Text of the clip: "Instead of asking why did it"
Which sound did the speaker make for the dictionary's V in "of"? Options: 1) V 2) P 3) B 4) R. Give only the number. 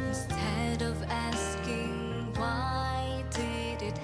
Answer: 1